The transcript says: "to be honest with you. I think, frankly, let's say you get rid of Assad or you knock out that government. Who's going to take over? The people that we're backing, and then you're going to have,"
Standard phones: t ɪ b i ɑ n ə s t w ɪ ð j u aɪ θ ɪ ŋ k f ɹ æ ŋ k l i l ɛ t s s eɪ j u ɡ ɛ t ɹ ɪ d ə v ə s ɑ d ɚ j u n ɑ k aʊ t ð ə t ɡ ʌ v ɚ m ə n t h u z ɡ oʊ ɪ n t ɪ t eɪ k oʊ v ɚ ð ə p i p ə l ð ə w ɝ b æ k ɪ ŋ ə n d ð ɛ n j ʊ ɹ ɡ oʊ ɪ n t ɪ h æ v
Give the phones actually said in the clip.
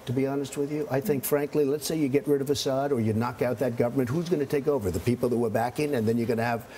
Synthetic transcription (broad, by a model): t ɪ b i ɑ n ə s t w ɪ ð j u aɪ θ ɪ ŋ k f ɹ æ ŋ k l i l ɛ t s s eɪ j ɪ ɡ ɛ t ɹ ɪ d ə v ə s ɑ d ɚ j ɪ n ɑ k aʊ t ð ə t ɡ ʌ v ɚ m ə n t h u z ɡ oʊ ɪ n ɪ t eɪ k oʊ v ɚ ð ə p i p l ð ə w ɝ b æ k ɪ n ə n ð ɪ n j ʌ ɹ ɡ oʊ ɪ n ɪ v